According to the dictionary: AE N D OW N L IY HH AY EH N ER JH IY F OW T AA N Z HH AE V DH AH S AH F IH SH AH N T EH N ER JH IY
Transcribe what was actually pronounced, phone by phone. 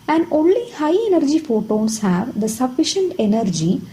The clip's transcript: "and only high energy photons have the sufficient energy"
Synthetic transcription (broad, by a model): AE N D OW N L IY HH AY EH N ER JH IY F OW T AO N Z HH AE V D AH S AH F IH SH AH N T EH N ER JH IY